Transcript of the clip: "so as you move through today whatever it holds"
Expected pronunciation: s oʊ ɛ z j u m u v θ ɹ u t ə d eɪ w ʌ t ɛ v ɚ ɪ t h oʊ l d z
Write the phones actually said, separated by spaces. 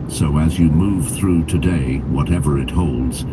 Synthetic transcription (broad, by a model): s oʊ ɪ z j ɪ m u v θ ɹ u t ə d eɪ w ʌ t ɛ v ɚ ɪ t h oʊ l d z